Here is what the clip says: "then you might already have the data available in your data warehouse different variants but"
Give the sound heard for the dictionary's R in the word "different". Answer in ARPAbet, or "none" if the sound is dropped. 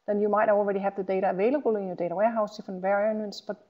none